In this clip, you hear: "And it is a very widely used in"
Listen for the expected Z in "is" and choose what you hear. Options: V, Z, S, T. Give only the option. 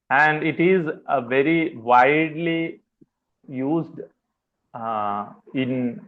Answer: Z